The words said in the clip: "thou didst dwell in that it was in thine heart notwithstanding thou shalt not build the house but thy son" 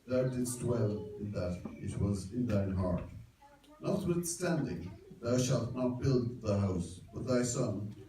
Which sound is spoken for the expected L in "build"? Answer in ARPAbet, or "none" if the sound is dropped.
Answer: L